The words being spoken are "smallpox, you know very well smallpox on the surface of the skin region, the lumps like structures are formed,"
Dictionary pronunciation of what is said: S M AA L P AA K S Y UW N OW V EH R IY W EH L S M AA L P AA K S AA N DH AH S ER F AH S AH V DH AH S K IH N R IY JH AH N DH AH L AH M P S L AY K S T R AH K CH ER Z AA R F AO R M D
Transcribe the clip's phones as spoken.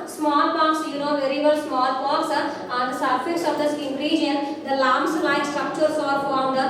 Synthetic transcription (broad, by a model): S M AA L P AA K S Y UW N OW V EH R IY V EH L S M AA L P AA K S AA N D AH S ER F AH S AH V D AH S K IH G R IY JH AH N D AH L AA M S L AY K S T R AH K CH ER S AA R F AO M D